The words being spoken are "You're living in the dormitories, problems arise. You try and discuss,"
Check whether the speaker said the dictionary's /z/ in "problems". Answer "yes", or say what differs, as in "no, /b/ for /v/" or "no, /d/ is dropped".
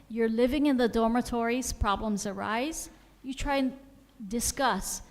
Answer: yes